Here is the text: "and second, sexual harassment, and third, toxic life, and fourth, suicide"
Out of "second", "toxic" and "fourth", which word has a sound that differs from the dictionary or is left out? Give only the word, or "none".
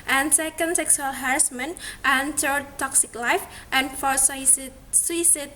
fourth